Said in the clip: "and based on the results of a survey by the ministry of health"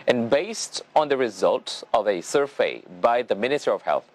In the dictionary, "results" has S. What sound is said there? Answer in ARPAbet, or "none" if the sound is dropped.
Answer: none